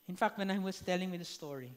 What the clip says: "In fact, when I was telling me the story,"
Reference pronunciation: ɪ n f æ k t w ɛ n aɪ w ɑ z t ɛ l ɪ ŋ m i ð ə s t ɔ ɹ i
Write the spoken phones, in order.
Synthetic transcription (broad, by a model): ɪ n f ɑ k t w ɛ n aɪ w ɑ s t ɛ l ɪ ŋ m i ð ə s t ɔ ɹ i